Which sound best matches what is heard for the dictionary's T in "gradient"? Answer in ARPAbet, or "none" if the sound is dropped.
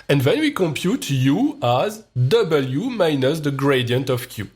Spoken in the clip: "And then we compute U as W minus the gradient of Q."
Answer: T